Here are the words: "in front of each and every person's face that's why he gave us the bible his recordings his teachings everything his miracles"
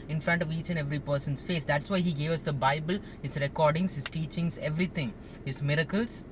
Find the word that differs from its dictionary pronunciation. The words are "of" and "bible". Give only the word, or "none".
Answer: none